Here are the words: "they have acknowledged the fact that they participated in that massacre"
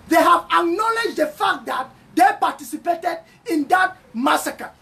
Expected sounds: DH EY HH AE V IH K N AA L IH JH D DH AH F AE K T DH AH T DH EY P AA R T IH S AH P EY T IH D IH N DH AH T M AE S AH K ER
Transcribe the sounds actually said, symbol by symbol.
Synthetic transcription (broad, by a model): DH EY HH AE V IH K N AA L IH JH D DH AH F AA K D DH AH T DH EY P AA T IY S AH P EY T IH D IH N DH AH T M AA S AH K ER